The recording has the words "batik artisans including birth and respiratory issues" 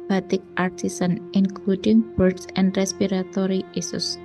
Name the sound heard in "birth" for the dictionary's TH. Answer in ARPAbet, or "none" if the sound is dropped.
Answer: S